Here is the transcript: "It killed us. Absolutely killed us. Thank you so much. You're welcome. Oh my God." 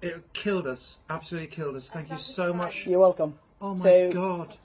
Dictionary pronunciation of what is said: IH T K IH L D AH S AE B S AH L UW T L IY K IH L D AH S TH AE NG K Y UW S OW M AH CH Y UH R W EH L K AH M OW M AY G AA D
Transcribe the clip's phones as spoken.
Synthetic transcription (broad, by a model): IH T K IH L D AH S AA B S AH L UW T L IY K IH L D AH S TH AE NG K Y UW S OW M AH CH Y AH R W EH L K AH M OW M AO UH AA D